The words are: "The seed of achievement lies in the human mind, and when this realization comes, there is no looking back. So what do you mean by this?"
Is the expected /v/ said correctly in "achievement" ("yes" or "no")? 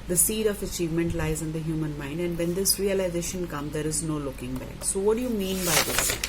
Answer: yes